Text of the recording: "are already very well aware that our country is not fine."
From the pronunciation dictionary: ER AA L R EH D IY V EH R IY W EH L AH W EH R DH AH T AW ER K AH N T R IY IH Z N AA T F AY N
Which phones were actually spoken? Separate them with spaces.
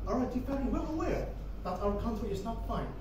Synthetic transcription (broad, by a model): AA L R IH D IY F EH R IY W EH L AH W EH R DH AH T AW ER K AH N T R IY IH Z N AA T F AY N